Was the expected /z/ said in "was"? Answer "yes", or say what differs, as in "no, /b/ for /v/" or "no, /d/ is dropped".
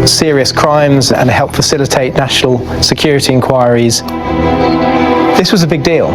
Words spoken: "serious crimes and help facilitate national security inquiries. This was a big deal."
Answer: yes